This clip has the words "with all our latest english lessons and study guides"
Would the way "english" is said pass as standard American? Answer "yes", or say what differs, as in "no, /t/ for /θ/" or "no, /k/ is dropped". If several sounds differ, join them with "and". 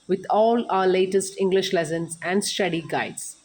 yes